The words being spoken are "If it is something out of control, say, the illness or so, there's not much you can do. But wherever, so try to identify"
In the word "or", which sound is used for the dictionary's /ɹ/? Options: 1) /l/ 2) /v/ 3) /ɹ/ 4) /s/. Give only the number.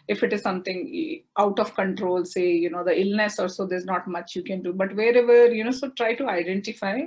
1